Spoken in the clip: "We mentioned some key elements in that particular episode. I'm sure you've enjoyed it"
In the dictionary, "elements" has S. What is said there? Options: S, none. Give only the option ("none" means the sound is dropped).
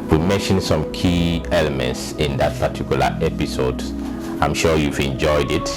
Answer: S